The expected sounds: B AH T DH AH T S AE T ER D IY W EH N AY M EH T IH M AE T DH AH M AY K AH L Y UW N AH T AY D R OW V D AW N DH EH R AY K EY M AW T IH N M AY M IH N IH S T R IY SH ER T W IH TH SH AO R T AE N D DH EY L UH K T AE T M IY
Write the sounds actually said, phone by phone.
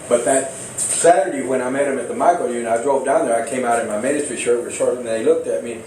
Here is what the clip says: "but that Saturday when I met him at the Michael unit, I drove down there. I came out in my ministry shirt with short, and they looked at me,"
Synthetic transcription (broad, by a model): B AH T DH AH T S AE T ER D IY W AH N AY M EH T IH M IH T DH AH M AY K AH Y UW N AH IH D R OW V D AW N DH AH R AY K EY M AW T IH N M AY M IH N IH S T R IY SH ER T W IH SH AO R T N DH EY L UH K T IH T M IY